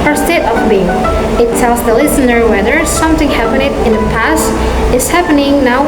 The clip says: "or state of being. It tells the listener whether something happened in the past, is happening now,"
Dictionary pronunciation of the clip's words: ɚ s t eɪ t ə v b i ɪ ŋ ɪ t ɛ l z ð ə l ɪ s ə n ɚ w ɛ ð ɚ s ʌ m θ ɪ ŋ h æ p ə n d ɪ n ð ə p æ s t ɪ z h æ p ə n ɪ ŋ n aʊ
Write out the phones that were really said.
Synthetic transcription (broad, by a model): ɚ s t eɪ t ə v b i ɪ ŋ ɪ t ɛ l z ð ə l ɪ s ə n ɚ w ɛ ð ɚ s ʌ m θ ɪ ŋ h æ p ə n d ɪ n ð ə p æ s t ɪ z h æ p ə n ɪ ŋ n aʊ